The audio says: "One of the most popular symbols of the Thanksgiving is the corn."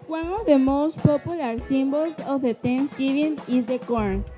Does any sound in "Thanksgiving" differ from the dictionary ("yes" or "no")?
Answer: yes